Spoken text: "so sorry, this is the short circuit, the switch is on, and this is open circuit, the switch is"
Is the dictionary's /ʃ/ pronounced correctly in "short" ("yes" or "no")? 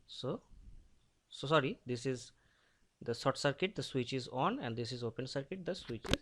no